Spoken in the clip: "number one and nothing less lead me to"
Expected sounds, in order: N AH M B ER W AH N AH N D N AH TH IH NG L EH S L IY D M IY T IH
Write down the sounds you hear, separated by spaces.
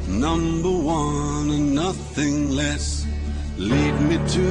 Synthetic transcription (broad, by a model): N AH M B ER W AH N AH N N AH TH IH NG L EH S L IY D M IY T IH